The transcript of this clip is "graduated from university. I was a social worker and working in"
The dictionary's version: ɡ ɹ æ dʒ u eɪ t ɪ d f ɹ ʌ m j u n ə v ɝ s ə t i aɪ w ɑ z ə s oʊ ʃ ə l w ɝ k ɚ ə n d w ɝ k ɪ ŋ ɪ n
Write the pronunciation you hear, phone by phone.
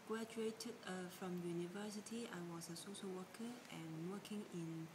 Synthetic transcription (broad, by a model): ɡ ɹ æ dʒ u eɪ t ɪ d f ɹ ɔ m j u n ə v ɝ s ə t i aɪ w ɑ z ə s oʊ s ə w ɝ k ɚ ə n w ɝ k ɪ ŋ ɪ n